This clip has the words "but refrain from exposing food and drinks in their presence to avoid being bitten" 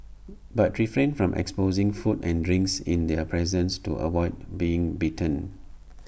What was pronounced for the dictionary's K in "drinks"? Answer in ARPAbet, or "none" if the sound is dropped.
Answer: K